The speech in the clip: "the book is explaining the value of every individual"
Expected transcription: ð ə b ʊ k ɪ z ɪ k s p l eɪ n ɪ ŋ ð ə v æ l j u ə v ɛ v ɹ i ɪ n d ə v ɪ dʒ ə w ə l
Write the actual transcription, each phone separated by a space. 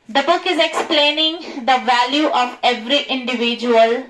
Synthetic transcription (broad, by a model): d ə b ʊ k ɪ z ɪ k s p l eɪ n ɪ ŋ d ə v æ l j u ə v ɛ v ɹ i ɪ n d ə v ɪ dʒ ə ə l